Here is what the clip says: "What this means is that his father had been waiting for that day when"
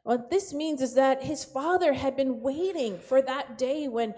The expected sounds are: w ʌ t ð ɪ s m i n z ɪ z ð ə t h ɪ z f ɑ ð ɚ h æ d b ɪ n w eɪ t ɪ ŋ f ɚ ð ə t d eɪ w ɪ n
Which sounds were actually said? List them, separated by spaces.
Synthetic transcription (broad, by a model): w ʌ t ð ɪ s m i n z ɪ z ð ə t h ɪ z f ɑ ð ɚ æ d b ɪ n w eɪ t ɪ ŋ f ɚ ð ə t d eɪ w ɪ n